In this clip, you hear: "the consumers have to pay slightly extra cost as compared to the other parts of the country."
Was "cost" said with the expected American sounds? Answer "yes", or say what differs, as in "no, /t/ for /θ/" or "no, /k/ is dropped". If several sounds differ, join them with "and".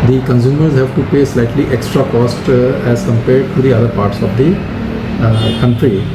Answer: yes